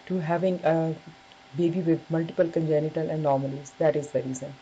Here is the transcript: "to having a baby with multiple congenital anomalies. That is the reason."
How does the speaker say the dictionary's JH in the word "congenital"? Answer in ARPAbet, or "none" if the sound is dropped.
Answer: JH